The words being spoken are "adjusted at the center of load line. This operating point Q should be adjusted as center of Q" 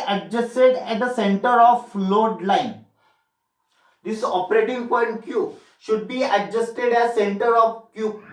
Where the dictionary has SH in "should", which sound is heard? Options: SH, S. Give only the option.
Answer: SH